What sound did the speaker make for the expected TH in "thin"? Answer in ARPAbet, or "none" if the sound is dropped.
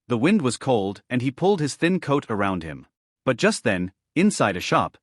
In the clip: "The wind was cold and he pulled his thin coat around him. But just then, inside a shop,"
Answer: TH